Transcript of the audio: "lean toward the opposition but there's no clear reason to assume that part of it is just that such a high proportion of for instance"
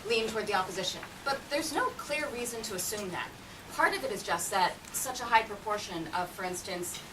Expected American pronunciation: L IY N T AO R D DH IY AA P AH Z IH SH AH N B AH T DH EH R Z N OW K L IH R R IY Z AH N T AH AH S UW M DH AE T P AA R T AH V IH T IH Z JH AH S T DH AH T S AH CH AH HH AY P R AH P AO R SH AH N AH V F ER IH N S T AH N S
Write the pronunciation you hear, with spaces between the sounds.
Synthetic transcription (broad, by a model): L IY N T AO R D DH IY AA P AH Z IH SH AH N B AH T DH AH R Z N OW K L IH R R IY Z AH N T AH AH S UW M DH AE T P AA R T AH V IH T IH Z JH AH S T DH AH T S AH CH AH HH AY P R AH P AO R SH AH N AH V F ER IH N S T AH N S